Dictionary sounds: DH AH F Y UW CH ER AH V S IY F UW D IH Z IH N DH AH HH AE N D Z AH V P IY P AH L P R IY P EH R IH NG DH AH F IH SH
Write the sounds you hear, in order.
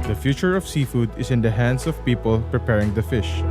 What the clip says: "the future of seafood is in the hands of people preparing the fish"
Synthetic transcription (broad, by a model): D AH F Y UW CH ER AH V S IY F UW D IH S IH N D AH HH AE N D S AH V P IY P AH L P R IY P EH R IH NG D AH F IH SH